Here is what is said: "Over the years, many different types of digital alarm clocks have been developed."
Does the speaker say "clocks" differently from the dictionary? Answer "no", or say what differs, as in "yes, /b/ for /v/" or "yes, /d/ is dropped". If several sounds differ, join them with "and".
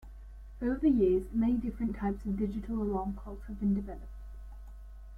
yes, /l/ is dropped